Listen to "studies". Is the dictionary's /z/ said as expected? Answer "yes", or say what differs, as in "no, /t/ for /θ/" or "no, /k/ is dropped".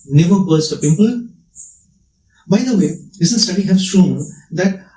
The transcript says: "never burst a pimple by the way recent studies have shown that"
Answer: no, /z/ is dropped